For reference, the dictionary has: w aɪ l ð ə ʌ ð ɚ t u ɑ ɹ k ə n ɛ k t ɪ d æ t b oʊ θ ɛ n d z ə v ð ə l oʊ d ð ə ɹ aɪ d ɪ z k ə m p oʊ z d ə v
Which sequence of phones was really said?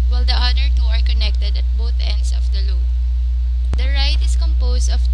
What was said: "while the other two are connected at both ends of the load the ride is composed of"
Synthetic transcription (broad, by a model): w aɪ l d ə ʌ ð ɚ t u ɑ ɹ k ə n ɛ k t ɪ d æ t b oʊ θ ɛ n d s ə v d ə l oʊ d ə ɹ aɪ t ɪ s k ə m p oʊ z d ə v